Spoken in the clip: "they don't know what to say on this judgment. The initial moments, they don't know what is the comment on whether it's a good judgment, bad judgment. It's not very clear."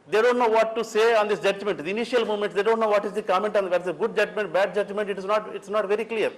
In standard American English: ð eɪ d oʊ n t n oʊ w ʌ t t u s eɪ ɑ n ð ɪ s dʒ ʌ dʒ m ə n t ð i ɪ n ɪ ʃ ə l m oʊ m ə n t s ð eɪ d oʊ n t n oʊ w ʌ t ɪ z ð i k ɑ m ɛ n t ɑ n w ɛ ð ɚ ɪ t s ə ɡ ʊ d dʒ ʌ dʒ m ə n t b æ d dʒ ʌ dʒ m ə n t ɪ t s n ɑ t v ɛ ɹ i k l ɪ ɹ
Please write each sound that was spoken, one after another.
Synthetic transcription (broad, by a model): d eɪ d oʊ n t n oʊ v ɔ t t u s eɪ ɑ n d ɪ s dʒ ʌ dʒ m ə n t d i n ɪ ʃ ə l m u m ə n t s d eɪ d oʊ n t n oʊ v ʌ t ɪ z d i k ɑ m ɛ n t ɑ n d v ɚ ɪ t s ə ɡ ʊ d dʒ ʌ dʒ m ə n t b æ d dʒ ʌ dʒ m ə n t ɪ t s n ɑ t v ɛ ɹ i k l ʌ ɹ